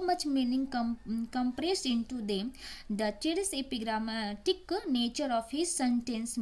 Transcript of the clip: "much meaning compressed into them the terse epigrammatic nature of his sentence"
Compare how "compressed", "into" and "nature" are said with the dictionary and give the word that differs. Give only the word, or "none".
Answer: compressed